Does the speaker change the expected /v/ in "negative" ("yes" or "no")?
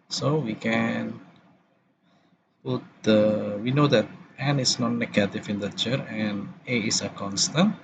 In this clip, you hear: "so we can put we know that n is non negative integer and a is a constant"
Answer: yes